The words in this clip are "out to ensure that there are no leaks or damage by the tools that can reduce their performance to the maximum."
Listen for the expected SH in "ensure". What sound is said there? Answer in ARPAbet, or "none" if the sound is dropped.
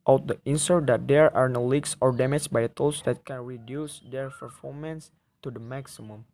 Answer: S